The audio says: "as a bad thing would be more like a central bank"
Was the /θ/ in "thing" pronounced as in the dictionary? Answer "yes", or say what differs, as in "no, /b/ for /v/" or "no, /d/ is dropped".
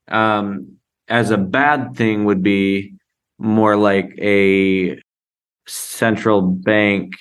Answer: yes